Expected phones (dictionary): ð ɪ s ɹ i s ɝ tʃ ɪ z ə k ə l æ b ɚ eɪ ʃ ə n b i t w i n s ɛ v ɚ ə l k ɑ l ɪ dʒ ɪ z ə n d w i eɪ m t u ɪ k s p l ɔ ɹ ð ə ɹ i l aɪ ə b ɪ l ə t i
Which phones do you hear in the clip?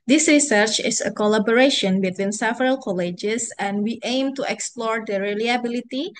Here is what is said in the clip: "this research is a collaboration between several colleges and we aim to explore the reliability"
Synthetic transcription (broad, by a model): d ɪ s ɹ i s ɝ tʃ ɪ s ə k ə l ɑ b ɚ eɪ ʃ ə n b i t w i n s ɛ v ɚ ə l k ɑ l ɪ dʒ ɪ s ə n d w i eɪ m t u ɪ k s p l ɔ ɹ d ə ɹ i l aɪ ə b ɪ l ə t i